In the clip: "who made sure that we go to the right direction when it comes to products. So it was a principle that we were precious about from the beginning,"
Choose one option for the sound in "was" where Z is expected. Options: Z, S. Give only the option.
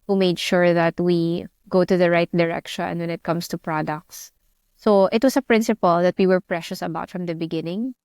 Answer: S